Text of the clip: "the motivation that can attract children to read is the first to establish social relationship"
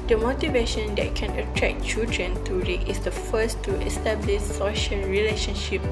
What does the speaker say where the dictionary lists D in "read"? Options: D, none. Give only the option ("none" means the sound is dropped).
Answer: none